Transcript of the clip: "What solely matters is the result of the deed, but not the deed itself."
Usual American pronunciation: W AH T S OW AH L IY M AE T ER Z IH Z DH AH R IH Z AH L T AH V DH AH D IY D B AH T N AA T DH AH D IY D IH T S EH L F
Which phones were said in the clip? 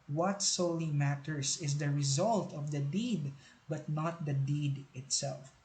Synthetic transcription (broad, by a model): W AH T S OW L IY M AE T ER S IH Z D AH R IH Z AH L T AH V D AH D IY D B AH T N AA T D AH D IY D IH T S EH L F